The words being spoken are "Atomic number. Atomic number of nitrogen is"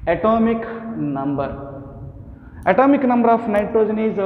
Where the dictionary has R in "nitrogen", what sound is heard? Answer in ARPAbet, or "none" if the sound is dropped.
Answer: R